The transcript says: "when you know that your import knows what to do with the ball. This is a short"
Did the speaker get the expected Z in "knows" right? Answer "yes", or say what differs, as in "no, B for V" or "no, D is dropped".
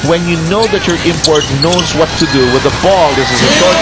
yes